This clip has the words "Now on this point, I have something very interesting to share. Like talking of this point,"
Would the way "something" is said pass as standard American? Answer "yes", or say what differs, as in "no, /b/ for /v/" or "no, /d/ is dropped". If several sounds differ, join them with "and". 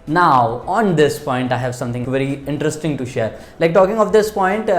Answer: no, /t/ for /θ/